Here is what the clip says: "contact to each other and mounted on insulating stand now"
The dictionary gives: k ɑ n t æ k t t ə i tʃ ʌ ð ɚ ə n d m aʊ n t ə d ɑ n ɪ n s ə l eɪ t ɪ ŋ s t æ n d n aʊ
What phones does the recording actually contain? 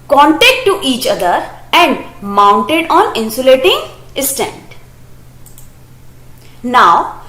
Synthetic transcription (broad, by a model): k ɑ n t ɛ k t t i tʃ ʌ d ɚ ə n d m aʊ n t ə d ɑ n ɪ n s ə l eɪ t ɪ ŋ s t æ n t n aʊ